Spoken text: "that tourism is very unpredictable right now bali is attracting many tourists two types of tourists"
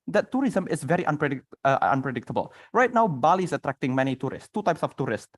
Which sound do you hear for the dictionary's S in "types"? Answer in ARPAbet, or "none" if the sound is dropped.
S